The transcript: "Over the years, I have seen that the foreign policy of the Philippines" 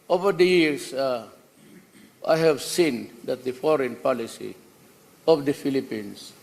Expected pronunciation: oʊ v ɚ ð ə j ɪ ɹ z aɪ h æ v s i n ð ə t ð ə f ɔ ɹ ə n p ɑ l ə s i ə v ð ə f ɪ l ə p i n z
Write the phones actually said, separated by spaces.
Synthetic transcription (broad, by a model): oʊ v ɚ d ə j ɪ ɹ s aɪ h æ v s i n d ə t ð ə f ɔ ɹ ə n p ɑ l ə s i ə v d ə f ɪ l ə p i n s